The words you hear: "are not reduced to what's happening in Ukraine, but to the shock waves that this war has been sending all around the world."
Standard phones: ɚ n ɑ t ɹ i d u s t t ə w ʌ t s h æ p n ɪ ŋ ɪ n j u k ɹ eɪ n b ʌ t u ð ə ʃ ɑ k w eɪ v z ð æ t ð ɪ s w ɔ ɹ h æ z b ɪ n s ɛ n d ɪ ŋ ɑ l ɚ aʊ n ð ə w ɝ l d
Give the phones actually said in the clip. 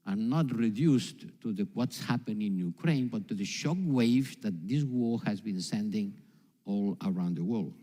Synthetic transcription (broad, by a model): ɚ n ɑ t ɹ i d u s t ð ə w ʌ t s h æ p ɪ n ɪ n j u k ɹ eɪ n b ʌ t u ð ə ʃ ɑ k w eɪ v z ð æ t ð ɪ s w ɔ ɹ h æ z b ɪ n s ɛ n d ɪ ŋ ɑ l ɚ aʊ n ð ə w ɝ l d